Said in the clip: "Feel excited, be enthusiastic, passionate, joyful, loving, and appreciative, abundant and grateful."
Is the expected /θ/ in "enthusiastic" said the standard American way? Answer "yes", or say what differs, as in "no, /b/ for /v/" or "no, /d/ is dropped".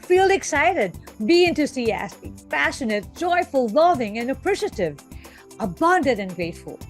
no, /t/ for /θ/